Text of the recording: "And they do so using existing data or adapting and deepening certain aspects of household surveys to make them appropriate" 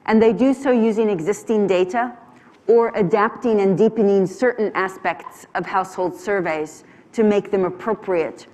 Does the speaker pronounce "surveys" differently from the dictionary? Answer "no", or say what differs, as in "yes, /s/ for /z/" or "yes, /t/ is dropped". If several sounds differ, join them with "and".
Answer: no